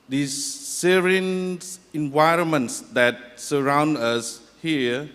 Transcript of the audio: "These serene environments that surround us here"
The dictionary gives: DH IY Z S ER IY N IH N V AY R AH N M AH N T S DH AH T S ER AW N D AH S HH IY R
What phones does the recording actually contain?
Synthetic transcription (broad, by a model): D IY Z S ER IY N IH N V AY R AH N M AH N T S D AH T S ER AW N D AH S HH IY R